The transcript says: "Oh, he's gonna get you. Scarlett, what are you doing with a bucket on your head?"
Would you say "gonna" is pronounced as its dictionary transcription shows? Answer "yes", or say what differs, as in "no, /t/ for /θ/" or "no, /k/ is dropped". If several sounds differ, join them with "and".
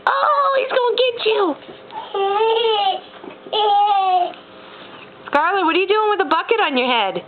no, /n/ is dropped